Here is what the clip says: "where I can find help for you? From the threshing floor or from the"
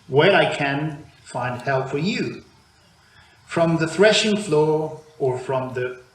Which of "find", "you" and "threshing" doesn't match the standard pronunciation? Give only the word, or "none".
none